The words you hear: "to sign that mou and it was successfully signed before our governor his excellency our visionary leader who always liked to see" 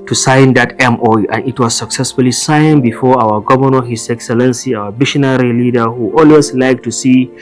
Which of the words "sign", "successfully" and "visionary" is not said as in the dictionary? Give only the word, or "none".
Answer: visionary